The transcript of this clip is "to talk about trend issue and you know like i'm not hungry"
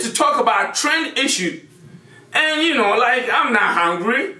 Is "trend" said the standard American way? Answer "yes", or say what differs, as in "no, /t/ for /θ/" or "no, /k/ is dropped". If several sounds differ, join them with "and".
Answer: yes